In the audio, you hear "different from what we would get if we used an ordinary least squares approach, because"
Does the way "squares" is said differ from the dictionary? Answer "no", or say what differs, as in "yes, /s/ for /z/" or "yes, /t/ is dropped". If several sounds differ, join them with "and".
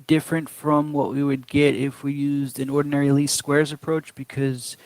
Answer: no